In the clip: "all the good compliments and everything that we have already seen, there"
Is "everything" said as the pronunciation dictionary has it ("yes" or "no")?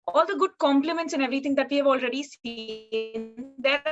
no